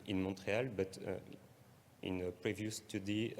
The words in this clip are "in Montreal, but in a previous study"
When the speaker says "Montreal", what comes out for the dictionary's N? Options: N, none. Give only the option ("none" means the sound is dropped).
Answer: none